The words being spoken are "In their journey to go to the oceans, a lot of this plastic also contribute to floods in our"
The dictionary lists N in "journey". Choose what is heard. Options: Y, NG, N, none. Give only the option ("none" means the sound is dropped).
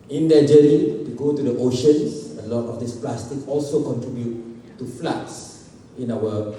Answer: none